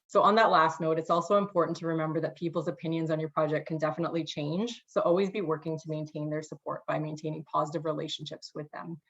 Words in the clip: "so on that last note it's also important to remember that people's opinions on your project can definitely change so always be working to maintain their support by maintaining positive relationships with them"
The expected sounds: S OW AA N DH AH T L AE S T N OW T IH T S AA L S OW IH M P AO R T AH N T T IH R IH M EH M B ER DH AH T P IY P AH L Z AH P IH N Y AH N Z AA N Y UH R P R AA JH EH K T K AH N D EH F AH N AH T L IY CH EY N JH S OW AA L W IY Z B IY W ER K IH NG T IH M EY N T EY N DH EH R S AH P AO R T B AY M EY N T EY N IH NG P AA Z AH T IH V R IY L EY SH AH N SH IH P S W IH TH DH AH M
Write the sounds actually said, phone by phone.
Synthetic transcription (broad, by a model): S OW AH N DH AH T L AE S T N OW T IH T S AA L S OW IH M P AO R T N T T IH R IH M EH M B ER DH AH T P IY P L Z AH P IH N Y AH N Z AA N Y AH R P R AA JH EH K K AH N D EH F AH N AH T L IY CH EY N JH S OW AA L W IY Z B IY W ER K IH NG T IH M EY N T EY N DH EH R S AH P AO R T B AY M EY N T EY N IH NG P AA Z AH T IH V R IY L EY SH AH N SH IH P S W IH DH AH M